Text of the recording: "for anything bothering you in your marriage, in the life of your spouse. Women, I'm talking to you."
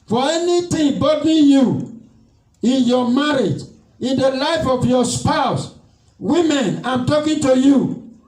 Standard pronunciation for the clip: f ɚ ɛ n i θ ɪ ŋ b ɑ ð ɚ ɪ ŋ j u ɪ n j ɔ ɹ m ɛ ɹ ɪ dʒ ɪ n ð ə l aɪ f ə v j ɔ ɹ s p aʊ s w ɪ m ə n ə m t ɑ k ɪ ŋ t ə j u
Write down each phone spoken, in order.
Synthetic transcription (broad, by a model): f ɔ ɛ n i t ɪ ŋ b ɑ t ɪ j u ɪ n j ɔ m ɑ ɹ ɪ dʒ ɪ n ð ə l aɪ f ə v j ɔ s p aʊ s w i m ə n ə m t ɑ k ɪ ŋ t ə j u